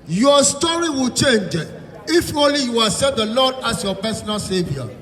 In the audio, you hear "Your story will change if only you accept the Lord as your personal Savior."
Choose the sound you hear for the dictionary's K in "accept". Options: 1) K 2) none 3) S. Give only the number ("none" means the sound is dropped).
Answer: 2